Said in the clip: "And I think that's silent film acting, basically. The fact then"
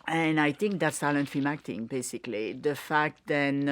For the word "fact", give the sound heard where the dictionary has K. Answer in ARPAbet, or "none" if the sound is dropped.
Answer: K